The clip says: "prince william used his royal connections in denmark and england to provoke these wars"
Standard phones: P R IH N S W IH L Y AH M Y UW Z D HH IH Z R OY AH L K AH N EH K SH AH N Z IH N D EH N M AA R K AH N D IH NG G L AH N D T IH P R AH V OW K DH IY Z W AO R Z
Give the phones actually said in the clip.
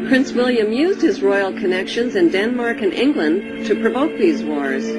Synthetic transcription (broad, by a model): P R IH N S W IH L Y AH M Y UW Z D HH IH Z R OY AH L K AH N EH K SH AH N Z IH N D EH N M AA R K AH N IH NG G L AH N T IH P R AH V OW K DH IY Z W AO R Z